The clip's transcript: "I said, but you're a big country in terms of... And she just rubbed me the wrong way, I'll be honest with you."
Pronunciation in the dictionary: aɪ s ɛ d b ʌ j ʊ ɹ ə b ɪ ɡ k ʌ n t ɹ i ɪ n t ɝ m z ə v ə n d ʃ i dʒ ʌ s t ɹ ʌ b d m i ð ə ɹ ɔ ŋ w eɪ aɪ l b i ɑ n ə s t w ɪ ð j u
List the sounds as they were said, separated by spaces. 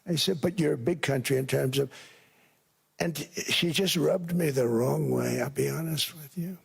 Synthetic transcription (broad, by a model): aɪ s ɛ d b ʌ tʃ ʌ ɹ b ɪ ɡ k ʌ n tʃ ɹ i ɪ n t ɝ m z ə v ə n ʃ i dʒ ʌ s t ɹ ʌ b d m i ð ə ɹ ɔ ŋ w eɪ aɪ l b i ɑ n ə s t w ɪ ð j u